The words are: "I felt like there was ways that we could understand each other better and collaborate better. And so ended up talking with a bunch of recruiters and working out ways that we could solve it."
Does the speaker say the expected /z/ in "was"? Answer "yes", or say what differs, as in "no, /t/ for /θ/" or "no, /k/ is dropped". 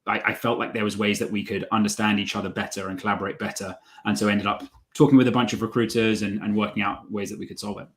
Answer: yes